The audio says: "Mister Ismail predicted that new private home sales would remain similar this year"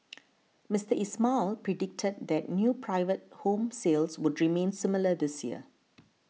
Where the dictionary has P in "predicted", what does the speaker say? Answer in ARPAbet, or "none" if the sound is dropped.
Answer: P